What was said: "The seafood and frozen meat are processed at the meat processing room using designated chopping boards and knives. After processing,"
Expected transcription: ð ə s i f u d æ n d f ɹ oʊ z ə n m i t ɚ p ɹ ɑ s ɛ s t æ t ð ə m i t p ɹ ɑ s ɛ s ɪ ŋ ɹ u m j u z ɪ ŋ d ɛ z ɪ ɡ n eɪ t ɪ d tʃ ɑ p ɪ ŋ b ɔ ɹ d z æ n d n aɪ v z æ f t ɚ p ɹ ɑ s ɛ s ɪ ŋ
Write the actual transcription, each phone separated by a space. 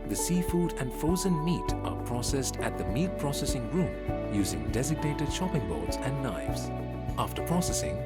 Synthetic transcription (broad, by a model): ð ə s i f u d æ n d f oʊ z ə n m i t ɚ p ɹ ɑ s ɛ s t æ t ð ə m i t p ɹ ɑ s ɛ s ɪ ŋ ɹ u m j u z ɪ ŋ d ɛ z ɪ ɡ n eɪ t ɪ d ʃ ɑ p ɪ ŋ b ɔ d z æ n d n aɪ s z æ f t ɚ p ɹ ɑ s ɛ s ɪ ŋ